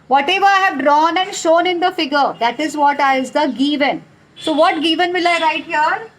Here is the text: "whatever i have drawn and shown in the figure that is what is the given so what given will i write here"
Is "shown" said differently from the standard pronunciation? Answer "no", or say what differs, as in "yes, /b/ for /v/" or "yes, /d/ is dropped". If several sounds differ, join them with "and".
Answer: no